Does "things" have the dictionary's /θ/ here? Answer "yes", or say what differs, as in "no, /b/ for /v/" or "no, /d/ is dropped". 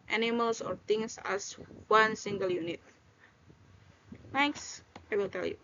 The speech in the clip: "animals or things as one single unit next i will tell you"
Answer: no, /t/ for /θ/